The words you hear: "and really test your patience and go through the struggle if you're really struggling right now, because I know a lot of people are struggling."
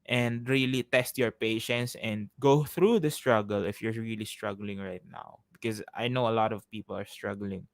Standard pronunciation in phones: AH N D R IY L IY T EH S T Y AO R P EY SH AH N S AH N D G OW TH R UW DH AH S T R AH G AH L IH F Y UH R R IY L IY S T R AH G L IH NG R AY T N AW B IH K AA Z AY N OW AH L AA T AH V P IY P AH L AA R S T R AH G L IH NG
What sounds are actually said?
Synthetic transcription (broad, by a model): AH N D R IY L IY T EH S T Y AO R P EY SH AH N S AH N D G OW TH R UW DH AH S T R AH G AH L IH F Y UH R R IY L IY S T R AH G L IH NG R AY T N AW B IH K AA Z AY N OW AH L AA T AH V P IY P AH L AA R S T R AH G L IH NG